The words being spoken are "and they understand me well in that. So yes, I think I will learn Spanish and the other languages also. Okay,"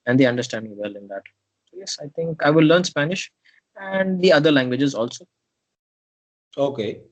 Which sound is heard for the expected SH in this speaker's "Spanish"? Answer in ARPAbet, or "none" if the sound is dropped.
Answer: SH